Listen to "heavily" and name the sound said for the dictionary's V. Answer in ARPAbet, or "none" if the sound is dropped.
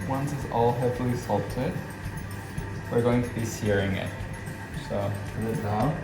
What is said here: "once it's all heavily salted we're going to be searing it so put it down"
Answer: P